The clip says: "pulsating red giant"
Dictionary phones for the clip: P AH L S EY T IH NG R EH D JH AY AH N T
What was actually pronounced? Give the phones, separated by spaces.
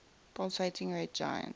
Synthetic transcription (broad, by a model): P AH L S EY T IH NG R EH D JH AY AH N